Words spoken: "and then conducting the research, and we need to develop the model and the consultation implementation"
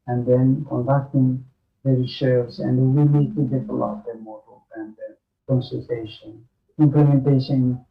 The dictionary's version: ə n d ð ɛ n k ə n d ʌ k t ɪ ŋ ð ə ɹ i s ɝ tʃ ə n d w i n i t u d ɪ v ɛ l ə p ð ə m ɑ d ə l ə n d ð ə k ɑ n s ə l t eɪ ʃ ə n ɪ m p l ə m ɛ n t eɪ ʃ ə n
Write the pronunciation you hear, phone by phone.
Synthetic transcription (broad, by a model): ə n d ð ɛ n k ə n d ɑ k t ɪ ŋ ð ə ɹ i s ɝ s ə n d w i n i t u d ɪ f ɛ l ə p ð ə m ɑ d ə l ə n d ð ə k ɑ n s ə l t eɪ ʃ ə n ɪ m p l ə m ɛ n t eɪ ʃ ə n